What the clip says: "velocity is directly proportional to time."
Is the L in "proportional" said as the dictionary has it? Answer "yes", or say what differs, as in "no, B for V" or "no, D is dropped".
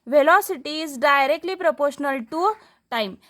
yes